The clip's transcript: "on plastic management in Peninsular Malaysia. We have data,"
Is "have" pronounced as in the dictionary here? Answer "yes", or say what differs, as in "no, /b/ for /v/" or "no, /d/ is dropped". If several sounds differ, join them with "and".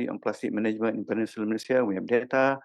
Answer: no, /p/ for /v/